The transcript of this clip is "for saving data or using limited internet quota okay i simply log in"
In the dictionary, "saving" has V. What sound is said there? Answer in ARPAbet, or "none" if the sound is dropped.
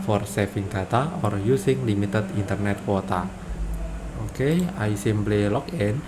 F